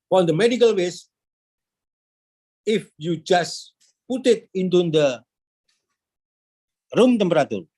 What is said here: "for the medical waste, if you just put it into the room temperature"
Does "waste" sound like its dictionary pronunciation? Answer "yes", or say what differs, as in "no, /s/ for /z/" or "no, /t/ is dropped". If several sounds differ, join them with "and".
no, /t/ is dropped